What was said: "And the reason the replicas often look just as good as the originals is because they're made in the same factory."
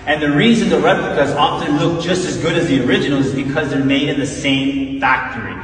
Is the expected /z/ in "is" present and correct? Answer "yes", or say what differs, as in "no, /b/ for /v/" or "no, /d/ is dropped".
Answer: yes